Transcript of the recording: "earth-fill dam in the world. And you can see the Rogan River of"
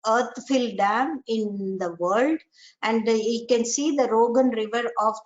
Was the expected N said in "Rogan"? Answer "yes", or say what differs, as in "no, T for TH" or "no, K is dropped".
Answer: yes